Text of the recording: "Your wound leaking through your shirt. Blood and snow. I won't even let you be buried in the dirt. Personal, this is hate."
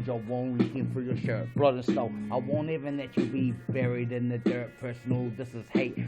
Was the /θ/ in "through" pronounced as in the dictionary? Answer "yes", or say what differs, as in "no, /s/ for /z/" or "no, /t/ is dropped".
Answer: no, /f/ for /θ/